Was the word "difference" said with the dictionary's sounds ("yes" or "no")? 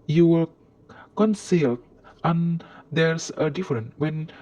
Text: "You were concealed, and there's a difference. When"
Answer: no